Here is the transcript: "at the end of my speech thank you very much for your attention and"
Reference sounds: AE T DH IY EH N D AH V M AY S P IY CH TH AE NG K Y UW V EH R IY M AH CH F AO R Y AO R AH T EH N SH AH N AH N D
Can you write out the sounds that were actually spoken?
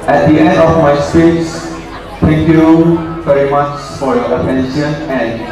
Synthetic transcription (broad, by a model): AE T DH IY EH N D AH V M AY S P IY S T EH NG K Y UW V EH R IY M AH CH F AO R Y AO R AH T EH N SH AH N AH N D